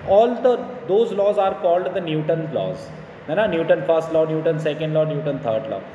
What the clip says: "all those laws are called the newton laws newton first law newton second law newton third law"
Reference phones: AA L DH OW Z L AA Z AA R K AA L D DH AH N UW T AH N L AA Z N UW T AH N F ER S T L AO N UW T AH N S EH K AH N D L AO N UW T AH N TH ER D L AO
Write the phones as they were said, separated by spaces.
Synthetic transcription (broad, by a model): AA L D OW Z L AA Z AA R K AA L D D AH N UW T AH N L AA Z N UW T AH N F ER S T L AO N UW T AH N S EH K AH N D L AO N UW T AH N T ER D L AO